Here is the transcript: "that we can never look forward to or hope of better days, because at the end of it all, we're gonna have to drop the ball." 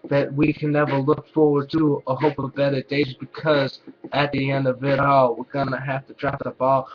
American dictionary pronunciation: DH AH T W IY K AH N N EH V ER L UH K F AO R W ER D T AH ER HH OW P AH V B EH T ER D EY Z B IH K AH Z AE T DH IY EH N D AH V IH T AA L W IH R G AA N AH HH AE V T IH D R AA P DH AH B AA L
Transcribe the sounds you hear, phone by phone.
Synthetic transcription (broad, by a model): DH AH T W IY K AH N N EH V ER L UH K F AO R W ER D T AH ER HH OW P AH V B EH T ER D EY Z B IH K AH Z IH T DH IY EH N D AH V IH T AA L W IH R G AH N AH HH AE F T IH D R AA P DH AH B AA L